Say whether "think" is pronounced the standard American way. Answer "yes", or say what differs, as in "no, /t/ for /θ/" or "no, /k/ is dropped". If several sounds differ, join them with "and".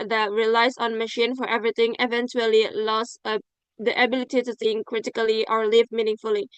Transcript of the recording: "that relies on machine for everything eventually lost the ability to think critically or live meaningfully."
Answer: no, /s/ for /θ/